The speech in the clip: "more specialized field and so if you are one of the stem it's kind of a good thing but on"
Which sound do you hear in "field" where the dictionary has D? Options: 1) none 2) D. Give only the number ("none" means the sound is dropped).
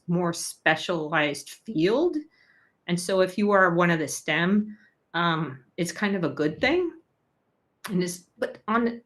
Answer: 2